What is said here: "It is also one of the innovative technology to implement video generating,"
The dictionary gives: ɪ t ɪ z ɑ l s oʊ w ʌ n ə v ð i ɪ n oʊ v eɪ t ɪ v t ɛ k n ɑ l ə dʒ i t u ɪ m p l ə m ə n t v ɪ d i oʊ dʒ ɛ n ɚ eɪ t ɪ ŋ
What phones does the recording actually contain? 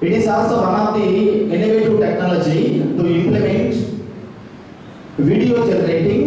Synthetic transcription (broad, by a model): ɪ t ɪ s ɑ s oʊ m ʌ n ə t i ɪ n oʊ v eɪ t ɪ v t ɛ k n ɑ l ə dʒ i t u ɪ m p l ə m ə n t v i d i oʊ dʒ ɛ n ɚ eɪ t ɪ ŋ